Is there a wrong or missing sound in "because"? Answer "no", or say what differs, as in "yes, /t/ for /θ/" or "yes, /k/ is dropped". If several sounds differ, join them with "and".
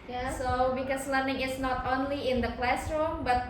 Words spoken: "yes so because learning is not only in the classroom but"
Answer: yes, /s/ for /z/